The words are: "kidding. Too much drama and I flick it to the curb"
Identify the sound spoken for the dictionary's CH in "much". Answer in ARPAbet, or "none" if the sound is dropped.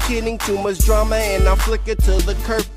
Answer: S